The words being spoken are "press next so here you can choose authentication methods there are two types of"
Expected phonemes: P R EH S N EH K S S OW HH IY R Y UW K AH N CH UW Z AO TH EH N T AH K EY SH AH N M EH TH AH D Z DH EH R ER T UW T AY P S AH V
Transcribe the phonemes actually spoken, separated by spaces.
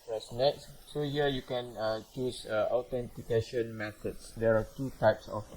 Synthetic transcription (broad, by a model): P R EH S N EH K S S OW HH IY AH Y UW K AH N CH UW S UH T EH N T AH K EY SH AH N M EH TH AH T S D EH R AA T UW T AY P S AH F